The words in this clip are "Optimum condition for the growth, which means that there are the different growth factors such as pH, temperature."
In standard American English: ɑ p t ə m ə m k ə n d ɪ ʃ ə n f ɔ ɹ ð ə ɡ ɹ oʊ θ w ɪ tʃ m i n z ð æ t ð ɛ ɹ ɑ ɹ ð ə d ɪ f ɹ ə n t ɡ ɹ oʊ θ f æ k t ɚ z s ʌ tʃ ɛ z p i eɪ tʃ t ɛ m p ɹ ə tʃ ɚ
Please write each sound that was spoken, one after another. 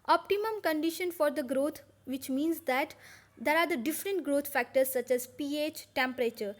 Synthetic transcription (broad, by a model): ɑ p t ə m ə m k ə n d ɪ ʃ ə n f ɔ ɹ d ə ɡ ɹ oʊ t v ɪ tʃ m i n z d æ t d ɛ ɹ ɑ ɹ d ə d ɪ f ɹ ə n t ɡ ɹ oʊ t f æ k t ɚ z s ʌ tʃ ɛ z p i eɪ tʃ t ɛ m p ɹ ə tʃ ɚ